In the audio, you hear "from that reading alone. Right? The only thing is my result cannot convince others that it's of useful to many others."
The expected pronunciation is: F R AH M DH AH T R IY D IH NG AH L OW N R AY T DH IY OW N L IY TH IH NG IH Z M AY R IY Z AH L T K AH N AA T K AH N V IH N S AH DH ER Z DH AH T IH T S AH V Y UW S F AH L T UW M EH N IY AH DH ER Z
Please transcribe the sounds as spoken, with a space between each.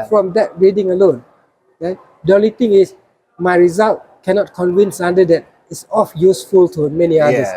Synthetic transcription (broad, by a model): F R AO M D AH T R IY D IH NG AH L OW N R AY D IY OW N L IY T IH NG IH S M AY R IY Z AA L T K AH N AA T K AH N V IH N S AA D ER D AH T IH T S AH F Y UW S F AH L T UW M EH N IY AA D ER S